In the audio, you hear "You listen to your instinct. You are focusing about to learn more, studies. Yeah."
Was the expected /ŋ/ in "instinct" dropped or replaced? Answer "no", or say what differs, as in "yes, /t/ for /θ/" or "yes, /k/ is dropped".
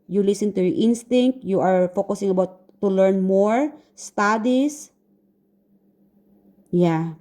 no